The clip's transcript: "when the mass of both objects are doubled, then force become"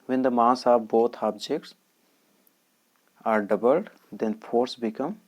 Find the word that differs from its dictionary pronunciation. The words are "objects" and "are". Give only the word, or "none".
none